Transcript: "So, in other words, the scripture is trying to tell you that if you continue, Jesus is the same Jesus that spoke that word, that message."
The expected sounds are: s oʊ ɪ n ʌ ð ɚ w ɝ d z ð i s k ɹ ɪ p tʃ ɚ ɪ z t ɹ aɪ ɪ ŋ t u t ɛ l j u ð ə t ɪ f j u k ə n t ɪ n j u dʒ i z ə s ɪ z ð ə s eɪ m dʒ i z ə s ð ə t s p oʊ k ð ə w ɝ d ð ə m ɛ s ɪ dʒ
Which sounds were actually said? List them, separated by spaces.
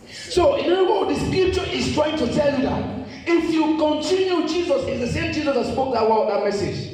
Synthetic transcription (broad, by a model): s oʊ ɪ n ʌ ɚ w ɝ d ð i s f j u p tʃ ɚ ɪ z t ɹ aɪ ɪ ŋ t u t ɛ l j u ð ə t ɪ f j u k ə n t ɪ n j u dʒ i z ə s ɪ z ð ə s eɪ m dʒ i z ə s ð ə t s p oʊ k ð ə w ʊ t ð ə m ɛ s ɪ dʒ